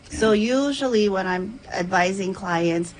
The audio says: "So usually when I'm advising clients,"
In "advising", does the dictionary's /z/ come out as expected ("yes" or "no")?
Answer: yes